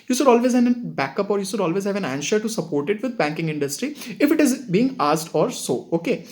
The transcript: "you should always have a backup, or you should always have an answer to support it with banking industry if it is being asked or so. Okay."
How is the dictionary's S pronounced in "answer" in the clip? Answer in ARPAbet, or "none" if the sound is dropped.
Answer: SH